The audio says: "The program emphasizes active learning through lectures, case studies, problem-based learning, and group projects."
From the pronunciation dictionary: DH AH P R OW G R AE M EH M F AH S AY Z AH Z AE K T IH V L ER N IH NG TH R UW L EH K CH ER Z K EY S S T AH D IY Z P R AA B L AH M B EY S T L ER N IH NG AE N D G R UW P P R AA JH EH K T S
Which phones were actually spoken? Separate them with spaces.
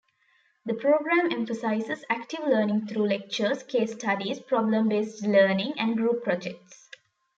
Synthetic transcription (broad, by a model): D AH P R OW G R AE M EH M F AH S AY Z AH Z AE K T IH V L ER N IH NG T R UW L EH K CH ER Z K EY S S T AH D IY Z P R AA B L AH M B EY S T L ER N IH NG AE N D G R UW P P R AA JH EH K T S